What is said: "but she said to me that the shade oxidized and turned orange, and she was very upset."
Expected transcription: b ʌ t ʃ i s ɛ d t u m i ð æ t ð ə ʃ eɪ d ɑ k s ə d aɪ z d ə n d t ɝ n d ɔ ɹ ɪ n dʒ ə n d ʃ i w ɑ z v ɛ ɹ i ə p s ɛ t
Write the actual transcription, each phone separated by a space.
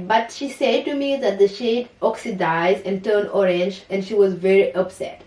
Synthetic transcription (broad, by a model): b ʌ t ʃ i s ɛ d t u m i ð æ t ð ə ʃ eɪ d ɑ k s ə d aɪ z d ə n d t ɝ n ɔ ɹ ɪ n dʒ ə n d ʃ i w ɑ z v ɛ ɹ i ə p s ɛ t